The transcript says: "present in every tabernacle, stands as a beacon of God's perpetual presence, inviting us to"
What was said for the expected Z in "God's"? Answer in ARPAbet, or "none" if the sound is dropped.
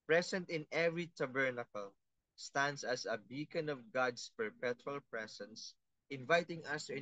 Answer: S